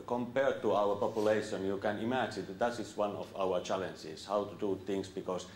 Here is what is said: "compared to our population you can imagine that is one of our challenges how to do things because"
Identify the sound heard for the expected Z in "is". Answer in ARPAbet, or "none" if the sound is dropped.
S